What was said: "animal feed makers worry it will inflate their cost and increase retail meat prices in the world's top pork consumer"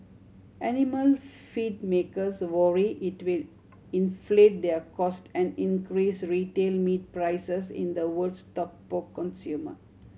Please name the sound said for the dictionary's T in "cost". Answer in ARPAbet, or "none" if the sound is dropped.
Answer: T